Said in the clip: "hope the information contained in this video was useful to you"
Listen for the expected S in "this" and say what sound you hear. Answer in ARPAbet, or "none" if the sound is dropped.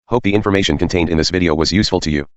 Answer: S